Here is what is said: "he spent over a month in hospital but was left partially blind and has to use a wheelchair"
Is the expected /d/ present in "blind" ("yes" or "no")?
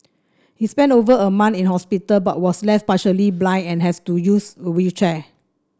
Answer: no